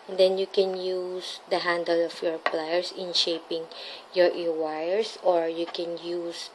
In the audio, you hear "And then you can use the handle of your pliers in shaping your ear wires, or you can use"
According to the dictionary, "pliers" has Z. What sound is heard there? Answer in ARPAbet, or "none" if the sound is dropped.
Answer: S